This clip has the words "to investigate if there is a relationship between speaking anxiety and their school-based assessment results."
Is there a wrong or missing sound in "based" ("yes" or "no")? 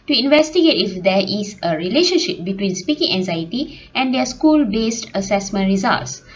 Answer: no